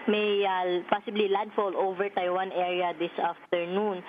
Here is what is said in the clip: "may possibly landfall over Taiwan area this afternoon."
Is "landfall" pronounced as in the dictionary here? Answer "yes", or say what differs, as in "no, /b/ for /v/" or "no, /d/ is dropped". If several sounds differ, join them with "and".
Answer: no, /n/ is dropped